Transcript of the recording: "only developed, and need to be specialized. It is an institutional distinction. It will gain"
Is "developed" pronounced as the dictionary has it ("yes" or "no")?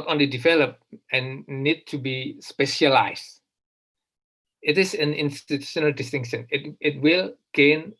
no